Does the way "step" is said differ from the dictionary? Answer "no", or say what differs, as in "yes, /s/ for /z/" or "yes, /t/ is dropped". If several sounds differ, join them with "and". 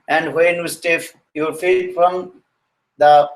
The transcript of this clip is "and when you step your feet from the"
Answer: yes, /f/ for /p/